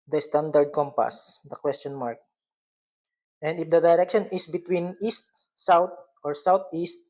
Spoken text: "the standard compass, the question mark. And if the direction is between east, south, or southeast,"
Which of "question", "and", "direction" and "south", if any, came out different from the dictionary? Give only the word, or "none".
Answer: south